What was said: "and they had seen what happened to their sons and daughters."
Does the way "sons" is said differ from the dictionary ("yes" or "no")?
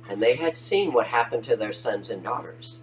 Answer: no